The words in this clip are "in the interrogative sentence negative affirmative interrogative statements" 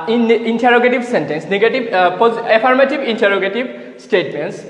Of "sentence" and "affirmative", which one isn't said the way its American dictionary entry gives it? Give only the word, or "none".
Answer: affirmative